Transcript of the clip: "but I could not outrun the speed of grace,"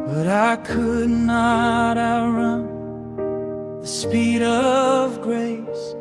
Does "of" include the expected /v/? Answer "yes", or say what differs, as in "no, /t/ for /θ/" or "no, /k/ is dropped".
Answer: yes